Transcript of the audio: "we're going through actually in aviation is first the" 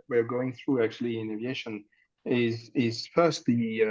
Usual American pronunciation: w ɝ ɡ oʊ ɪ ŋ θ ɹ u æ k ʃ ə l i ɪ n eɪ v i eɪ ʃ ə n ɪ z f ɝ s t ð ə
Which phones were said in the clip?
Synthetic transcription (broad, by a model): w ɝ ɡ oʊ ɪ ŋ θ ɹ u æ k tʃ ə l i ɪ n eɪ v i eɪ ʃ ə n ɪ z f ɝ s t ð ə